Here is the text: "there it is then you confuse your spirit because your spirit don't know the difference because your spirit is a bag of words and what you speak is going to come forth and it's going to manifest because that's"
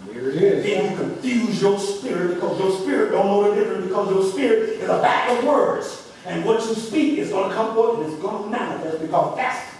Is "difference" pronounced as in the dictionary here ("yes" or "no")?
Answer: no